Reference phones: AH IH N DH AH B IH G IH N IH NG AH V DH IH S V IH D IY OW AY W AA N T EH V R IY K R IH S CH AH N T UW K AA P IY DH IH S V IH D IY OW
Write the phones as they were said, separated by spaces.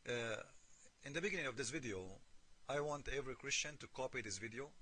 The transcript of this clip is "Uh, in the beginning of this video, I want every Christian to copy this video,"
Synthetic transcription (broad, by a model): IH N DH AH B IH G IH N IH NG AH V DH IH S V IH D IY OW AY W AA N T EH V R IY K R IH S CH AH N T UW K AA P IY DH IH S V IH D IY OW